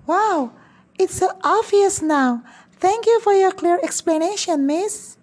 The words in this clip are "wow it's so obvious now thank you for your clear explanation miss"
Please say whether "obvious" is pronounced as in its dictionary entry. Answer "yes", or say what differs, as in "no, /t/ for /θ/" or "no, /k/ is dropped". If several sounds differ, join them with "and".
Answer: no, /b/ is dropped